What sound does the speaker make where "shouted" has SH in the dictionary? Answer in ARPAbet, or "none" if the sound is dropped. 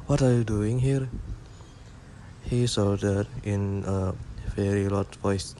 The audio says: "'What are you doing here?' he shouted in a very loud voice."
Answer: S